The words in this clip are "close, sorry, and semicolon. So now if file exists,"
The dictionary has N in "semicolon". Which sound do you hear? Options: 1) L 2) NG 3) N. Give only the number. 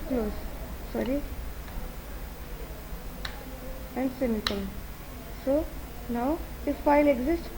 1